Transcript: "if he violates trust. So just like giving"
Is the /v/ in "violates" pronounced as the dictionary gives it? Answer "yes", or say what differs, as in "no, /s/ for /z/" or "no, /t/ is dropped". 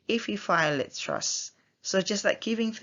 no, /f/ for /v/